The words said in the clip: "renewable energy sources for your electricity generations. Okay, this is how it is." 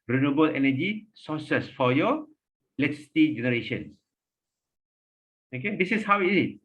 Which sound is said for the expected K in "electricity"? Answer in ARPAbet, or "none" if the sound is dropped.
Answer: none